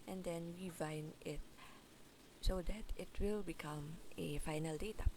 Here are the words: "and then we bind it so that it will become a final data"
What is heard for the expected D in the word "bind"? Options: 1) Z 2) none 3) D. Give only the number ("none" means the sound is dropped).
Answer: 2